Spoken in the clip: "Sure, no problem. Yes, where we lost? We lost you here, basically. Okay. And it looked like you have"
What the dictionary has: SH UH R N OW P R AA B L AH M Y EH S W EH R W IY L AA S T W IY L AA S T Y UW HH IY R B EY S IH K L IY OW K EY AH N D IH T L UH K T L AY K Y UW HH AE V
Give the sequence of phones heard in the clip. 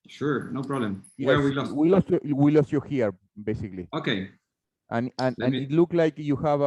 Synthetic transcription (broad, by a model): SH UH R N OW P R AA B L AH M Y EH W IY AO W IY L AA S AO W IY L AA S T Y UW HH IY R B EY S IH K L IY OW K EY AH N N IH T L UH K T L AY K Y UW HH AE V